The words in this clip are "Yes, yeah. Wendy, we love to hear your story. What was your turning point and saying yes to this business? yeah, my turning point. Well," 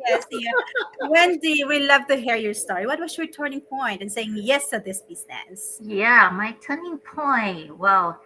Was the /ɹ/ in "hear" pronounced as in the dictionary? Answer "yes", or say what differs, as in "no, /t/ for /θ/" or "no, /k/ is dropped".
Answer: yes